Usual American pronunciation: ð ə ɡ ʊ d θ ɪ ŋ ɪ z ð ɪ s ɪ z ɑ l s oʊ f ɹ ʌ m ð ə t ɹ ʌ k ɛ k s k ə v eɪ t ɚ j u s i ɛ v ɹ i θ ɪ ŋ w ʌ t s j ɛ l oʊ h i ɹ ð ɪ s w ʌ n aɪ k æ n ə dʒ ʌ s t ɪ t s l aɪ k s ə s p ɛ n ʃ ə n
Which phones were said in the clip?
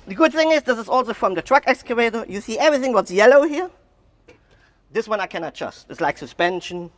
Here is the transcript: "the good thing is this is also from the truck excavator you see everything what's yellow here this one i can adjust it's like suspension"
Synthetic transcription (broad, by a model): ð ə ɡ ʊ d θ ɪ ŋ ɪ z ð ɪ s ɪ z ɑ l s oʊ f ɹ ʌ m ð ə t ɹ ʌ k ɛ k s k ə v eɪ t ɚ j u s i ɛ v ɹ i θ ɪ ŋ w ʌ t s j ɛ l oʊ h i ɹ ð ɪ s w ʌ n aɪ k æ n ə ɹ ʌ s t ɪ t s l aɪ k s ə s p ɛ n ʃ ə n